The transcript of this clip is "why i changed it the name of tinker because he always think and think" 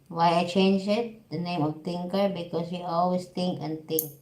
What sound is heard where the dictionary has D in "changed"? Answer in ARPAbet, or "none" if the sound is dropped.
none